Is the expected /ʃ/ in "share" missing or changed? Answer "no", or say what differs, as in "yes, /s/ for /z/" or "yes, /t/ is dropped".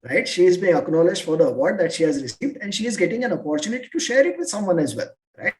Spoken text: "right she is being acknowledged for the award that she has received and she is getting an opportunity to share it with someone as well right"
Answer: no